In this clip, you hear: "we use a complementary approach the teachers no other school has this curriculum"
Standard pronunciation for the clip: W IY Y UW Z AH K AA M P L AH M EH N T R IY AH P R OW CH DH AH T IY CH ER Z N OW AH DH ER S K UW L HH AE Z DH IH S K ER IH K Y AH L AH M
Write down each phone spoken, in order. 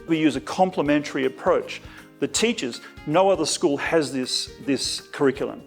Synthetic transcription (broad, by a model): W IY Y UW Z AH K AA M P L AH M EH N T R IY AH P R OW CH DH AH T IY CH ER Z N OW AH DH ER S K UW L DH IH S DH IH S K ER IH K Y L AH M